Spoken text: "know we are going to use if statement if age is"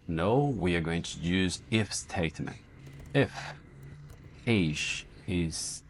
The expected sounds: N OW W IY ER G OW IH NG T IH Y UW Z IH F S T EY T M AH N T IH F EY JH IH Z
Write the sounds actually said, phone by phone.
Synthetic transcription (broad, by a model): N OW W IY ER G OW IH NG T IH Y UW Z IH F S T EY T M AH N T IH F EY ZH IH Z